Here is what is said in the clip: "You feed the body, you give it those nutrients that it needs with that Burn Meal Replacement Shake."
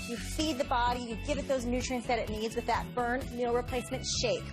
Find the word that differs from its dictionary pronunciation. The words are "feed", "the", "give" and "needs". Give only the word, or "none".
none